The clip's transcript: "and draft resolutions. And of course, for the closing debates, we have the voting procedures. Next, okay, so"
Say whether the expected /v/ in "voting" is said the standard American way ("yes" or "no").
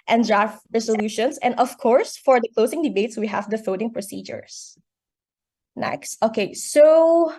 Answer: no